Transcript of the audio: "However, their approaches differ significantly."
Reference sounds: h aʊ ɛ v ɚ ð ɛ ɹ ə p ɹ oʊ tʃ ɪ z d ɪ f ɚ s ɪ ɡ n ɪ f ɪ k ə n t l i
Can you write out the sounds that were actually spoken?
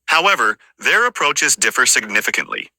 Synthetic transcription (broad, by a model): h aʊ ɛ v ɚ ð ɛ ɹ ə p ɹ oʊ tʃ ɪ z d ɪ f ɚ s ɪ ɡ n ɪ f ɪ k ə n t l i